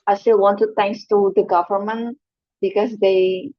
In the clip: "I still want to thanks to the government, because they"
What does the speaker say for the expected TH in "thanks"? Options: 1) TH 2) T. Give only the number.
2